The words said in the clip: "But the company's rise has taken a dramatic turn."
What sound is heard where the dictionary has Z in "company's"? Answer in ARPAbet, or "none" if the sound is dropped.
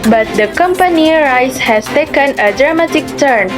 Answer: none